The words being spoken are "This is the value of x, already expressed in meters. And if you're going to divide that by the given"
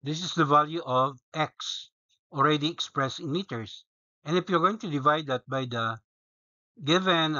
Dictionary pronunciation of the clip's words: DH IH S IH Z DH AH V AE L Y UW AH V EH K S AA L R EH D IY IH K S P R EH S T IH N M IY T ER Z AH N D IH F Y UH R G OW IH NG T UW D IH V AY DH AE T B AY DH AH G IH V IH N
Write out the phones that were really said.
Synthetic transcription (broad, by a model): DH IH S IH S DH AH V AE L Y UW AH V EH K S AA L R EH D IY IH K S P R EH S T IH N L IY T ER S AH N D IH F Y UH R G OW IH NG T UW D IH V AY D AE T B AY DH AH G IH V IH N